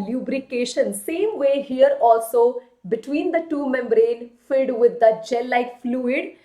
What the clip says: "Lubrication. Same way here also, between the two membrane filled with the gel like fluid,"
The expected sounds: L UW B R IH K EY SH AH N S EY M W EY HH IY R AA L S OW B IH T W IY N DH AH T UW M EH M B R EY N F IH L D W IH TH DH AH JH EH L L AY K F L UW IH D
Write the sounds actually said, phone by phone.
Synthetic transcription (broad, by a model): L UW B R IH K EY SH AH N S EY M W EY HH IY R AA L S OW B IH T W IY N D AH T UW M EH M B R EY N F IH D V IH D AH JH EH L L AY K F L UW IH D